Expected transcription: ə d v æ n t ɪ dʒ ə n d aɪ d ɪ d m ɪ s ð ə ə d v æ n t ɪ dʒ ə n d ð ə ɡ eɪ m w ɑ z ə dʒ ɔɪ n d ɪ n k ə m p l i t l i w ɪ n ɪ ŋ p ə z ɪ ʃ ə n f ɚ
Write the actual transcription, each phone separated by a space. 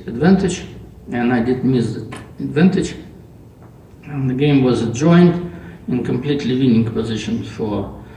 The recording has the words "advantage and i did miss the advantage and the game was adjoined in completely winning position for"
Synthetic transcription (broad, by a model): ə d v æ n t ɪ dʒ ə n aɪ d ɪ d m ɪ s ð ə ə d v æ n t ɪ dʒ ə n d ð ə ɡ eɪ m w ɑ z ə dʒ ɔɪ n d ɪ n k ə m p l i t l i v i n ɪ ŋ p ə z ɪ ʃ ə n f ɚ